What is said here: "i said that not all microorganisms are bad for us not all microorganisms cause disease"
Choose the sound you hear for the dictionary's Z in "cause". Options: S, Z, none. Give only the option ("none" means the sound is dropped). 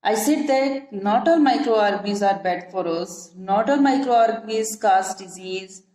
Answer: S